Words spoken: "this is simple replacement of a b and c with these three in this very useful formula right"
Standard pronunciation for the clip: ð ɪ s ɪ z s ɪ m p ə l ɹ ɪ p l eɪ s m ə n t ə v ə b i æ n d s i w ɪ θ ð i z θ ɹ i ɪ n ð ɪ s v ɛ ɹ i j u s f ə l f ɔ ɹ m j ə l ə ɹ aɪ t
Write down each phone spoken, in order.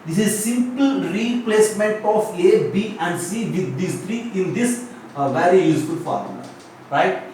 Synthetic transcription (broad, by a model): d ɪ s ɪ z s ɪ m p ə l ɹ ɪ p l eɪ s m ə n t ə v ə b i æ n d s i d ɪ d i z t ɹ i ɪ n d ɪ s v ɛ ɹ i j u s f ə l f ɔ ɹ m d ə ə t